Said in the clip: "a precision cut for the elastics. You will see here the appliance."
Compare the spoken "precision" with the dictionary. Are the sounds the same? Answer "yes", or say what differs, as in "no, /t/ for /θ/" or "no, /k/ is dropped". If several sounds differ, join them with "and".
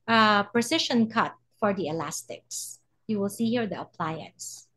no, /ʃ/ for /ʒ/